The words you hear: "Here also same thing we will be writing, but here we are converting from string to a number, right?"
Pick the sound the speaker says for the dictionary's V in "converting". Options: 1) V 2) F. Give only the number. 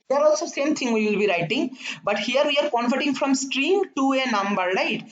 2